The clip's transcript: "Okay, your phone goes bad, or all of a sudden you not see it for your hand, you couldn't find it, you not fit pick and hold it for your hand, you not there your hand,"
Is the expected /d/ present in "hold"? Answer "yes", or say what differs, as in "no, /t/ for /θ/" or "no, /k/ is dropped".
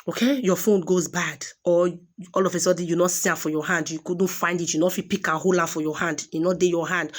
no, /d/ is dropped